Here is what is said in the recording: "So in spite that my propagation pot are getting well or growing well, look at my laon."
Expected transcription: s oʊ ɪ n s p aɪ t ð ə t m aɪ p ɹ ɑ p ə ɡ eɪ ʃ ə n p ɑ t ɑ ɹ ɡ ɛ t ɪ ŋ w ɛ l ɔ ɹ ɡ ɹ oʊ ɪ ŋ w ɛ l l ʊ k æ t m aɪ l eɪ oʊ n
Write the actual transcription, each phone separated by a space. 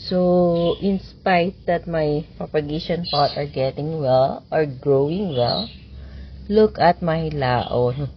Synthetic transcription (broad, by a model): s oʊ ɪ n s p aɪ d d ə t m aɪ p ɹ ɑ p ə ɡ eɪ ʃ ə n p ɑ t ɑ ɹ ɡ ɛ t ɪ ŋ w ɛ l ɔ ɹ ɡ ɹ oʊ ɪ ŋ w ɛ l l ʊ k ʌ t m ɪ l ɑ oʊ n